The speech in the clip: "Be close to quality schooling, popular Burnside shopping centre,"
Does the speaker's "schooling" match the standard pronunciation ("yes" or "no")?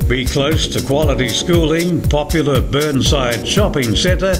yes